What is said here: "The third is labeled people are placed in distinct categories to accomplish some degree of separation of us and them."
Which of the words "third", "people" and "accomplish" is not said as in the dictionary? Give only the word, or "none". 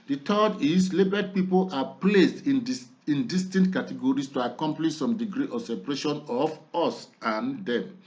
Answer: third